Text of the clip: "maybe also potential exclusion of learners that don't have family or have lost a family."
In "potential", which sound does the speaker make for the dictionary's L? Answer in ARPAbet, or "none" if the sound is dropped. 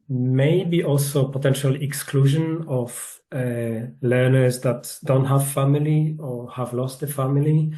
L